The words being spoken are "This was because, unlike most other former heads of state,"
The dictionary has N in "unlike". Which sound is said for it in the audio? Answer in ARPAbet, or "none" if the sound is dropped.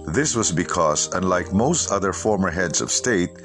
N